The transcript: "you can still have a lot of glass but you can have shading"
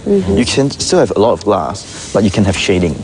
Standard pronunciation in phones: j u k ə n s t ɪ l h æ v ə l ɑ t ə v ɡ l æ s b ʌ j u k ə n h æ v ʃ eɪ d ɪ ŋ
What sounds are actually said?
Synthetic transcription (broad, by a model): j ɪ k ə n s t ɪ l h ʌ v ə l ɑ t ə v ɡ l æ s b ʌ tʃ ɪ k ə n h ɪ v ʃ eɪ d ɪ ŋ